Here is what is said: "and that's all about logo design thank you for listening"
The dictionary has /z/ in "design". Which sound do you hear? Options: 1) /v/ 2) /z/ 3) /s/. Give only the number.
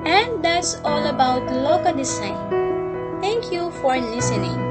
3